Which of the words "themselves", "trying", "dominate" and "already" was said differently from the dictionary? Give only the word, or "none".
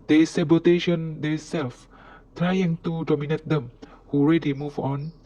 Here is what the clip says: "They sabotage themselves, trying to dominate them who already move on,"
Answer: themselves